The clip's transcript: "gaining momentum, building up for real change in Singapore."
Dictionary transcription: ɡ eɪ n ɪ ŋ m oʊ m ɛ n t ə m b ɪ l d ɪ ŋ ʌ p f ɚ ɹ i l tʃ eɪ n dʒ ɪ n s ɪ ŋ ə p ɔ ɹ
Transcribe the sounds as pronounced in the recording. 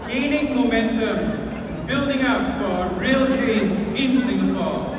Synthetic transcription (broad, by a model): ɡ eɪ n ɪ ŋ m oʊ m ɛ n t ə m b ɪ l d ɪ ŋ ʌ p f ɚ ɹ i l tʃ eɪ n ɪ n s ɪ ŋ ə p ɔ